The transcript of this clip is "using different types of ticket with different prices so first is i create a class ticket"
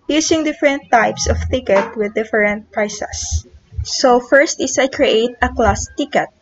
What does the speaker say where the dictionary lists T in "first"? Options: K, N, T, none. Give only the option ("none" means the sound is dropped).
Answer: T